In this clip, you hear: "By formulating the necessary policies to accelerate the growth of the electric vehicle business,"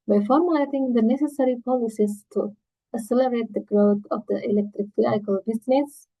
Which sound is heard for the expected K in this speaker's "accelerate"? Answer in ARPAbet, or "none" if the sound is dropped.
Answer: none